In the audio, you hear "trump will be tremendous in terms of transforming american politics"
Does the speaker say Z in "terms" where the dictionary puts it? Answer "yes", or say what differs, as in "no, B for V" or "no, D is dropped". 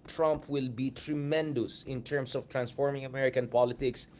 no, S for Z